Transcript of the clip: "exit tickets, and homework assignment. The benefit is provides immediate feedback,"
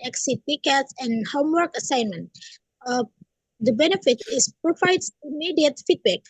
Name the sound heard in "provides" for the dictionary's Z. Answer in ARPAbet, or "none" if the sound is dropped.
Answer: S